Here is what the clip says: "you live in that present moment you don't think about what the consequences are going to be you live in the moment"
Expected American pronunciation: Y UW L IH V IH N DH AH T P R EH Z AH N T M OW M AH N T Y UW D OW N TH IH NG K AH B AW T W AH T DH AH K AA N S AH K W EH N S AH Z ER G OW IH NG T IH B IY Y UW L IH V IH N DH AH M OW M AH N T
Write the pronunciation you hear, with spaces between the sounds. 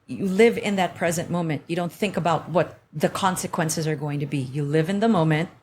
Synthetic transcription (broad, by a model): Y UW L IH V IH N DH AH T P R EH Z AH N M OW M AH N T Y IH D OW N TH IH NG K AH B AW T W AH T DH AH K AA N S AH K W EH N S AH Z ER G OW IH NG T IH B IY Y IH L IH V IH N DH AH M OW M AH N T